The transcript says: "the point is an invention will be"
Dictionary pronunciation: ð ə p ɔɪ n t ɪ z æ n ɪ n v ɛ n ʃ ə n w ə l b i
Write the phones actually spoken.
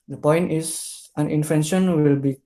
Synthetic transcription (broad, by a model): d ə p ɔɪ n t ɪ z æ n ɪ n f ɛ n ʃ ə n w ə l b i